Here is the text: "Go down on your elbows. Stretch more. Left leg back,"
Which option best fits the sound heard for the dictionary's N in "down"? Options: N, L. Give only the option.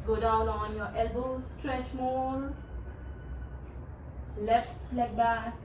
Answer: L